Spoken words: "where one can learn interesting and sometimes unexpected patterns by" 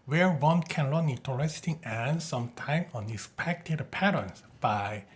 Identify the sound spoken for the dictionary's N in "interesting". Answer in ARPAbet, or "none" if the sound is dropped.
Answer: none